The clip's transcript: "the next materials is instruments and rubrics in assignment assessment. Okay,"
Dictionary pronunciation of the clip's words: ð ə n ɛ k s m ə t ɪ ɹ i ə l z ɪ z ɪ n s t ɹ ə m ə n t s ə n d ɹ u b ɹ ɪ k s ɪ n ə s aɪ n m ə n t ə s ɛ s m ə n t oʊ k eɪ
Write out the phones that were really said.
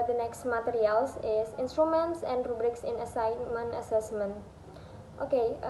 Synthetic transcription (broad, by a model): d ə n ɛ k s m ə t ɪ ɹ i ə l s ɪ s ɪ n s t ɹ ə m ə n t s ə n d ɹ u b ɹ ɪ k s ɪ n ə s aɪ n m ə n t ə s ɛ s m ə n t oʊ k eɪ